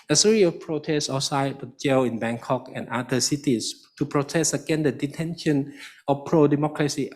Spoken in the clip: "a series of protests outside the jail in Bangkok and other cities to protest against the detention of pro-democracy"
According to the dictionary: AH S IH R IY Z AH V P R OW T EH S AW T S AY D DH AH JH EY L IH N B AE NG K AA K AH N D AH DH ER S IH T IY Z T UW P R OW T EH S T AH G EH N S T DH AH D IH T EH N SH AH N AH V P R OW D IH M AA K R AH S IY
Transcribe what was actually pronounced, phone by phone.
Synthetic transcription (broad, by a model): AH S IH R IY AH P R OW T EH S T S AY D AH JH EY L IH N B AE NG K AA K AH N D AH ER S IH T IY S T UW P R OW T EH S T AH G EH N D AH D IH T EH N SH AH N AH F P R OW D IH M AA K R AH S IY